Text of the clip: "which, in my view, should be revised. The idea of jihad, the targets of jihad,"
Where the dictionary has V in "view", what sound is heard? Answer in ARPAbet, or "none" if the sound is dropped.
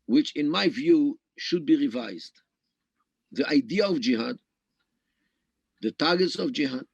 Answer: V